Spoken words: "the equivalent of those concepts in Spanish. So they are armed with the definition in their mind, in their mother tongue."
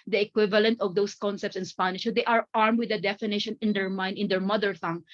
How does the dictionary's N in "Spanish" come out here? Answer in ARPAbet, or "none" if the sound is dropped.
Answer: N